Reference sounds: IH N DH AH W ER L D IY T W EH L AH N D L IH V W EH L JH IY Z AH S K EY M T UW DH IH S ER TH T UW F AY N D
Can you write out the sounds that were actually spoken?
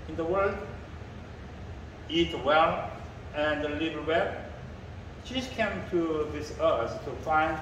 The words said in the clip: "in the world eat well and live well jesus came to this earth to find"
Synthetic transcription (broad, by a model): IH N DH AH W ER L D IY T W EH L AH N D L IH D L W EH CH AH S K EY M T UW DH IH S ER S T UW F AY N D